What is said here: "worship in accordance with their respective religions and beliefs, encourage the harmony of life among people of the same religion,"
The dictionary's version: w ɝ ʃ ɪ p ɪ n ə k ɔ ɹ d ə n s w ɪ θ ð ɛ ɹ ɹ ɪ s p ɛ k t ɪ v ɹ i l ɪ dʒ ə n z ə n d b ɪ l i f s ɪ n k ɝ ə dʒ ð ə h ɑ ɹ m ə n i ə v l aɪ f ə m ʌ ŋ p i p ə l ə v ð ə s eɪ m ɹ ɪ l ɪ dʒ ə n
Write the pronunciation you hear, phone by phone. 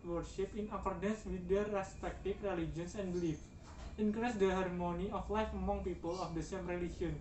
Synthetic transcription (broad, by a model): w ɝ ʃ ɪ p ɪ n ə k ɔ ɹ d ə n s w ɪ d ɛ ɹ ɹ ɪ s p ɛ k t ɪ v ɹ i l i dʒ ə n s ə n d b l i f ɪ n k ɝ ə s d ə h ɑ ɹ m ə n i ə f l aɪ f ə m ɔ ŋ p i p ə l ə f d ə s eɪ m ɹ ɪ l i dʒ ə n